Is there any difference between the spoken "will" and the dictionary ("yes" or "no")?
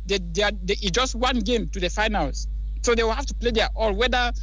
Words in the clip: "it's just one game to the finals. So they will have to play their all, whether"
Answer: no